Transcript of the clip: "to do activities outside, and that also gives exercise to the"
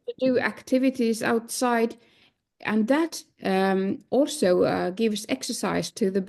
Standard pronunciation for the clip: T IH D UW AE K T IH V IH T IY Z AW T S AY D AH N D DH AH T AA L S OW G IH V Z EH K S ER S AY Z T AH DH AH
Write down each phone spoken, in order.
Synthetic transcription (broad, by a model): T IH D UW AE K T IH V IH T IY Z AW T S AY D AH N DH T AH T AA L S OW G IH V Z EH K S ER S AY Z T AH DH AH